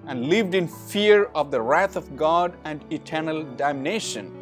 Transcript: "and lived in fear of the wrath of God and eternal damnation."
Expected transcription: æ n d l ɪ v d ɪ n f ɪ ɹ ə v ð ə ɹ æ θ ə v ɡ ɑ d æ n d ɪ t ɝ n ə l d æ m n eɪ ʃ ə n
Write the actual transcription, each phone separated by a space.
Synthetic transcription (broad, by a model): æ n d l ɪ v d ɪ n f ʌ ɹ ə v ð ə ɹ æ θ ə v ɡ ɑ d æ n d ɪ t ɝ n ə l d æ m n eɪ ʃ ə n